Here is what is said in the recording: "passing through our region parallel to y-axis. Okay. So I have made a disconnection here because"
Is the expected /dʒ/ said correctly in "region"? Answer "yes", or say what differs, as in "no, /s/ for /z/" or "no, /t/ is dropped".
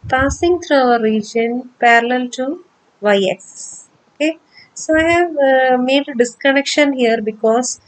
yes